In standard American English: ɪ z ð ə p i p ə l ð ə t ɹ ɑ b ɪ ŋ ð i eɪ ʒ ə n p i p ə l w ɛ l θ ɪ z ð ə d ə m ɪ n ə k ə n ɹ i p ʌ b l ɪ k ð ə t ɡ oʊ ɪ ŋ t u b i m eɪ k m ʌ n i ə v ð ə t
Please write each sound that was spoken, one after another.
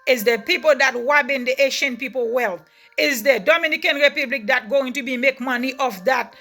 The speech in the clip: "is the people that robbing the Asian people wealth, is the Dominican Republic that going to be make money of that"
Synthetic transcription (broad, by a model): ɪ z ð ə p i p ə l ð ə t w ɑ b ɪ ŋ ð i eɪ ʃ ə n p i p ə l w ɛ l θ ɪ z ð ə d ə m ɪ n ə k ə n ɹ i p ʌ b l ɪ k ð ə t ɡ oʊ ɪ ŋ t u b i m eɪ k m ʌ n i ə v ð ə t